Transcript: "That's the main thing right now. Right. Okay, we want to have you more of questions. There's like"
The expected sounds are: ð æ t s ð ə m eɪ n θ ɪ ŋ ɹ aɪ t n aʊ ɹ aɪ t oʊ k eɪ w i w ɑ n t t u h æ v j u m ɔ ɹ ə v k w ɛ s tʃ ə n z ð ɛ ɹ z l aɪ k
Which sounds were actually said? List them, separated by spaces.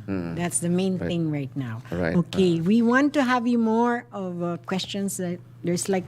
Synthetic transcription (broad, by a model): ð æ t s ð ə m eɪ n θ ɪ ŋ ɹ aɪ t n aʊ oʊ k eɪ w i w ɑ n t t u h æ v j u m ɔ ɹ ə v k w ɛ s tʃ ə n s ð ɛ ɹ s l aɪ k